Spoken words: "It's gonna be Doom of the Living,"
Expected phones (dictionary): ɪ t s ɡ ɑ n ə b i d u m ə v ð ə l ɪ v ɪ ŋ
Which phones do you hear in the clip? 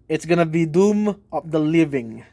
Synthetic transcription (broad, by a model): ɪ t s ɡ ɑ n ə b i d u m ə p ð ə l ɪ v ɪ ŋ